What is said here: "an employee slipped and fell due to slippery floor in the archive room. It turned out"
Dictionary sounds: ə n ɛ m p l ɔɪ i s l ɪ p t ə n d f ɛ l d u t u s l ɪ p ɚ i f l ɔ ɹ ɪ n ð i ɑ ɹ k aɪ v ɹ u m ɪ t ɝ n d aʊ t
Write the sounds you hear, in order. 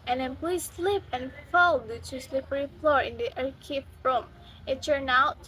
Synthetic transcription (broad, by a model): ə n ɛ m p l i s l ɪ p ə n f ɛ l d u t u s l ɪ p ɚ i f l ɔ ɹ ɪ n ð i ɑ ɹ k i f ɹ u m ɪ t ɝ n aʊ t